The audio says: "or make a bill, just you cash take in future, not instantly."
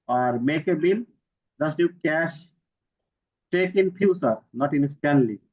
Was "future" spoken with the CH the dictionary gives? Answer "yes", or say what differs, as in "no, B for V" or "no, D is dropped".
no, S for CH